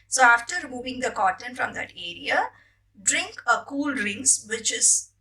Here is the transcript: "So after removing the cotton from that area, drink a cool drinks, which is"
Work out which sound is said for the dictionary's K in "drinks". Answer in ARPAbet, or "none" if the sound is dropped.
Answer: none